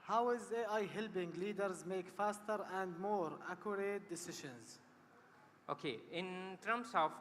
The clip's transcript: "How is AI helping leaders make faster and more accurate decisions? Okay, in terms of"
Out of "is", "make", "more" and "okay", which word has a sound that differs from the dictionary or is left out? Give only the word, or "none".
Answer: none